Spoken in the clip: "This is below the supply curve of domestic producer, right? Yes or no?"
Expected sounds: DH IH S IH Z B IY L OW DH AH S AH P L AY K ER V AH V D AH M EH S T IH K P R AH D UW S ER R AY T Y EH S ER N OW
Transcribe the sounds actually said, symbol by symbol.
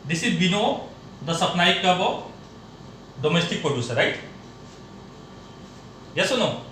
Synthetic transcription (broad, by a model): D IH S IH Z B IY N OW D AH S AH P N AY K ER B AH D AH M EH S T IH K P R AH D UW S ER R AY T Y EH S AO N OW